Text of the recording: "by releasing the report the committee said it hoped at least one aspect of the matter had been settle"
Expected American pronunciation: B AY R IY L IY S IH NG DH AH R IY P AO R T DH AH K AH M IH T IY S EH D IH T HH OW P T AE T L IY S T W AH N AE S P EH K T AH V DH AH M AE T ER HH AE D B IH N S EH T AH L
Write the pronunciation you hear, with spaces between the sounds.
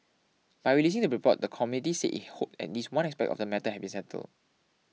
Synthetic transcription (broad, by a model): B AY R IY L IY S IH NG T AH R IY P AO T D AH K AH M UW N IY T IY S IH T HH OW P EH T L IY S W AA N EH S P EH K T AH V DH AH M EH T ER HH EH B IH N S EH T AH L